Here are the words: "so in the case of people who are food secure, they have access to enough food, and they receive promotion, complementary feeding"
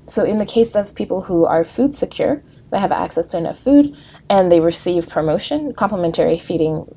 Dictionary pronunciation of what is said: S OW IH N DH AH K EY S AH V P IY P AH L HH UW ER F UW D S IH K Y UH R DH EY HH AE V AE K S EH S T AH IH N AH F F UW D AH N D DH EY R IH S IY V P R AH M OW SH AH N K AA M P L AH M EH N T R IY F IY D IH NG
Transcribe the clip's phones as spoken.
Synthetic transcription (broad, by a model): S OW IH N DH AH K EY S AH V P IY P L HH UW ER F UW D S IH K Y UH R DH EY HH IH V AE K S EH S T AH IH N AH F F UW D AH N DH EY R IH S IY V P R AH M OW SH AH N K AA M P L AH M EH N T R IY F IY D IH NG